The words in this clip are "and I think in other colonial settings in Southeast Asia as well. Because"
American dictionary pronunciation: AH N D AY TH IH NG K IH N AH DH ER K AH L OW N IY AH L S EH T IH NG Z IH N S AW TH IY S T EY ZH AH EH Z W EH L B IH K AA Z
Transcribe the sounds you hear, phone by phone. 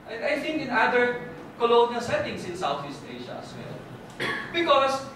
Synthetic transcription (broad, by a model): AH AY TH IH NG K IH N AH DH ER K AH L OW N IY AH L S EH T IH NG S IH N S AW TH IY S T EY SH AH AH S W EH L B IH K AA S